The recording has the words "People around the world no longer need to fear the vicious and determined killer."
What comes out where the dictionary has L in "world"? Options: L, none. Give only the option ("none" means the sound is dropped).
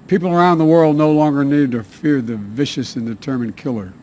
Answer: L